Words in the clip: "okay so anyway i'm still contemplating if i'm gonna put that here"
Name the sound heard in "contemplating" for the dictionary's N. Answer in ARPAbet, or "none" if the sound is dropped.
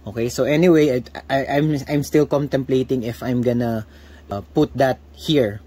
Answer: N